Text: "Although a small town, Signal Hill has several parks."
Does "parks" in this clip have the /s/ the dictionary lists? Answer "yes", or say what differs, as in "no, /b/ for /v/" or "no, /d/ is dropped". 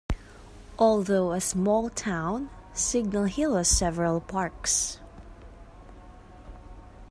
yes